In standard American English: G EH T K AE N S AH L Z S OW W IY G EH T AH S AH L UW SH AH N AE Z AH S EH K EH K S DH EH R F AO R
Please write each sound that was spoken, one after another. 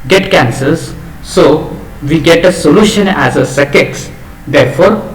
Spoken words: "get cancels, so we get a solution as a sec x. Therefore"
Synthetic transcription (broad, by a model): G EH T K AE N S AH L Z S OW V IY G EH T AH S AH L UW SH AH N AE Z AH S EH K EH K S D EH R F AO R